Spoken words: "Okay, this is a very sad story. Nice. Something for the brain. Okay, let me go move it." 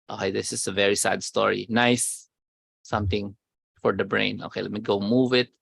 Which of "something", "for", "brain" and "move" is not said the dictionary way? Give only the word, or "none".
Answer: something